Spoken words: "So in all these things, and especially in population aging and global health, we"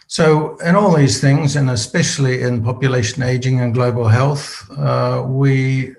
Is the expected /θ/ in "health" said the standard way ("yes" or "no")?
yes